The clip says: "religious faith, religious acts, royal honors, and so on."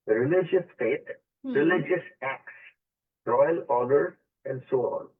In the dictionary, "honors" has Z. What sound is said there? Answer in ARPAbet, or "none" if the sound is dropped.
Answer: none